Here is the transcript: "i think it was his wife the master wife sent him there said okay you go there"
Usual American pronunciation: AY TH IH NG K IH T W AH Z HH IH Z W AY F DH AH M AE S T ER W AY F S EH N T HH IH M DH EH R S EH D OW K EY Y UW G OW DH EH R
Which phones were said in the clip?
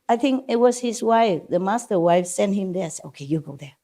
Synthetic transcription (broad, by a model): AY TH IH NG K IH T W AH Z HH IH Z W AY F DH AH M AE S T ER W AY F S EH N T HH IH M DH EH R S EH OW K EY Y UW G OW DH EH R